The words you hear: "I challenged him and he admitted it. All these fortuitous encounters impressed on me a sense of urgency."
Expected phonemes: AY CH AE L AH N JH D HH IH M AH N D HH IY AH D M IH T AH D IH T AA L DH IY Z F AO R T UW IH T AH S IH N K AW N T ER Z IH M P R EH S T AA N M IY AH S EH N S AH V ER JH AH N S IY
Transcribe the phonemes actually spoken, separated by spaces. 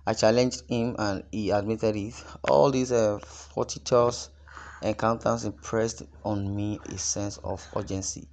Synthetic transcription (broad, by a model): AY CH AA L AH N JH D HH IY M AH N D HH IY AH D M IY T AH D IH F AA L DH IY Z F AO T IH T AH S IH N K AW N T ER S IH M P R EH S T AA N M IY AH S EH N S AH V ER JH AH N S IY